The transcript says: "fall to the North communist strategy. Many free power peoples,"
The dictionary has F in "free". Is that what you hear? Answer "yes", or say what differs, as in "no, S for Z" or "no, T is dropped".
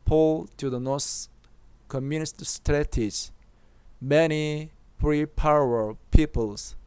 no, P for F